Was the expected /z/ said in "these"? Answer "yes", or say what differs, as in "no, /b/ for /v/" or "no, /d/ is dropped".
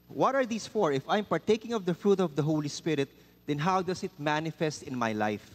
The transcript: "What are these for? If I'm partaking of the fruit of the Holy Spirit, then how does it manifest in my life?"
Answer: no, /s/ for /z/